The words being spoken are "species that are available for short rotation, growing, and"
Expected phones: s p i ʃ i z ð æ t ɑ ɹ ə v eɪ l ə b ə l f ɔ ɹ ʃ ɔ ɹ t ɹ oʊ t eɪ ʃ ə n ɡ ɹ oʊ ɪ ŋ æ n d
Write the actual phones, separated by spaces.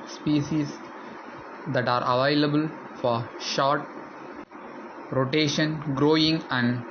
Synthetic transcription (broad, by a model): s p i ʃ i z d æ t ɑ ɹ ə v eɪ l ə b ə l f ɔ ɹ ʃ ɔ ɹ t ɹ oʊ t eɪ ʃ ə n ɡ ɹ oʊ ɪ ŋ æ n d